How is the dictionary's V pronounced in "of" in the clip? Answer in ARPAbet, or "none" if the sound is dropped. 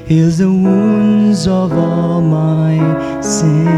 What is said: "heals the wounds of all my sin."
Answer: V